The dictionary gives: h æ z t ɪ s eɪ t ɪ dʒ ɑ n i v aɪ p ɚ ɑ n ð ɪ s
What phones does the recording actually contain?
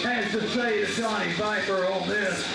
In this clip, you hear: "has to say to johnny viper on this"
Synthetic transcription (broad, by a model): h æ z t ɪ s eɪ t ɪ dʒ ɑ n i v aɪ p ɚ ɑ l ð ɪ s